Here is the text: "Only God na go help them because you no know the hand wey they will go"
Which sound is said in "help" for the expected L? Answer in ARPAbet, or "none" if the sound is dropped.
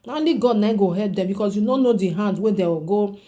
none